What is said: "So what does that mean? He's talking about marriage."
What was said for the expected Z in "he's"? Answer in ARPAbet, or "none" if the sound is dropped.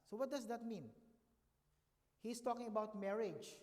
S